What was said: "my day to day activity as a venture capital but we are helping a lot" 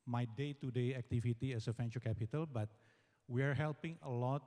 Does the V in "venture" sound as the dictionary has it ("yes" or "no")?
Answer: no